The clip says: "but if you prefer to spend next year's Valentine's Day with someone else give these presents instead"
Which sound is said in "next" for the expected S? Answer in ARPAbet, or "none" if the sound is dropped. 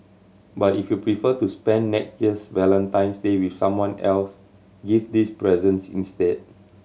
none